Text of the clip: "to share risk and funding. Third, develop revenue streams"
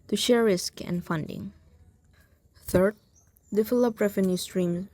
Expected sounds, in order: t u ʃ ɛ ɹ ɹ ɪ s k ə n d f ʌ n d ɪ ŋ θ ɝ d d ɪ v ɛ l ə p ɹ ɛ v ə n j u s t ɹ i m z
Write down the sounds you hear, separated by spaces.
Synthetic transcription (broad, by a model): t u ʃ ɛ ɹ ɹ ɪ s k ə n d f ʌ n d ɪ ŋ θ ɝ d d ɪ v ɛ l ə p ɹ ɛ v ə n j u s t ɹ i m